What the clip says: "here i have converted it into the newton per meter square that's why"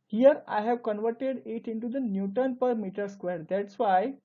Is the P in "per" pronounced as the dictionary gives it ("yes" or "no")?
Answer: yes